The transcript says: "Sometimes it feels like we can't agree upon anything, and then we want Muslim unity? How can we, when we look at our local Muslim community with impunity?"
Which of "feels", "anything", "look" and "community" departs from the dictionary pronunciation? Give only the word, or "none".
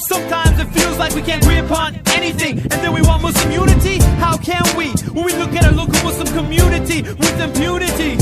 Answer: none